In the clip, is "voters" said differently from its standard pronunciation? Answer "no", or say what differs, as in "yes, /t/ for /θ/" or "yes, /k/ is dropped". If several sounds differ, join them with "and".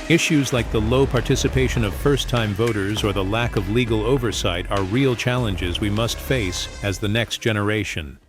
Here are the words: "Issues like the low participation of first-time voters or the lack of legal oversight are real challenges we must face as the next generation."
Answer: no